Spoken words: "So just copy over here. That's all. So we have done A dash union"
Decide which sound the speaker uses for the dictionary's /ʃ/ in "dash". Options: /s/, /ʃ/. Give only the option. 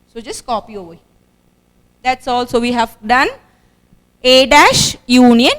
/ʃ/